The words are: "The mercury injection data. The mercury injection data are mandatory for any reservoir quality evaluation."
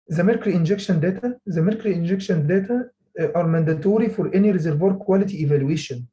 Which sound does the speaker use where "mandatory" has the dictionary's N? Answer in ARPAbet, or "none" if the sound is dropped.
N